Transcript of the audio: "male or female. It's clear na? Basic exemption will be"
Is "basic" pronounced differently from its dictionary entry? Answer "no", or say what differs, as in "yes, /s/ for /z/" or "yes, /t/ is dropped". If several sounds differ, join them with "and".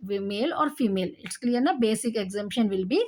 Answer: no